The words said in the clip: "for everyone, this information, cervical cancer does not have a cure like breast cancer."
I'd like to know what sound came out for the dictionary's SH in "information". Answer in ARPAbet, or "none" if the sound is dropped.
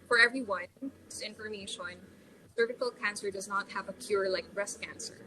SH